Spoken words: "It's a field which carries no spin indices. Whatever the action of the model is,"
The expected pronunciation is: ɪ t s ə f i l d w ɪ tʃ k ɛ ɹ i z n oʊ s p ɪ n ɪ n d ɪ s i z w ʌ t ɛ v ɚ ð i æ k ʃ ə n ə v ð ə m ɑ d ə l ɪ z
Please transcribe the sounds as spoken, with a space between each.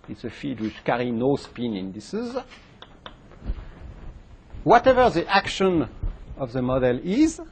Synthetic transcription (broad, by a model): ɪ t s ə f i d w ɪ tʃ k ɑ ɹ i n oʊ s p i n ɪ n d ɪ s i z w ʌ t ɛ v ɚ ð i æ k ʃ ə n ə v ð ə m ɑ d ə l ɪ z